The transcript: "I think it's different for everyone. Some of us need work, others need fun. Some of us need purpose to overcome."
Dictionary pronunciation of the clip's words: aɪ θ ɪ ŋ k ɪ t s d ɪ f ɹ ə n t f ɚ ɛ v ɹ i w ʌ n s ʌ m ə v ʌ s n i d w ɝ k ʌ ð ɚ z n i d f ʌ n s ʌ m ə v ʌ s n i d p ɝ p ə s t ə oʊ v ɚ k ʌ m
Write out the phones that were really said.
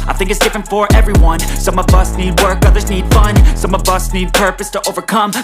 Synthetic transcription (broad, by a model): aɪ θ ɪ ŋ k ɪ t s d ɪ f ɹ ə n t f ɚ ɛ v ɹ i w ʌ n s ʌ m ə v ʌ s n i d w ɝ k ʌ ð ɚ z n i d f ʌ n s ʌ m ə v ʌ s n i d p ɝ p ə s t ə oʊ v ɚ k ʌ m